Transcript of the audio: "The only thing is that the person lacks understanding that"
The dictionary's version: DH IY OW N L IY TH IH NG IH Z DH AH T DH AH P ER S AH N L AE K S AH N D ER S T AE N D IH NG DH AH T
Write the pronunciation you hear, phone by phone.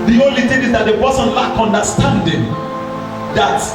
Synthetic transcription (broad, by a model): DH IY OW N L IY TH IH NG IH Z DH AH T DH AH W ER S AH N L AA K AH N D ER S T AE N D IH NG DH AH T